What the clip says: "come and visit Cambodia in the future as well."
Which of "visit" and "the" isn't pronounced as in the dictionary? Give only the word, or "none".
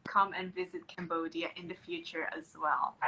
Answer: none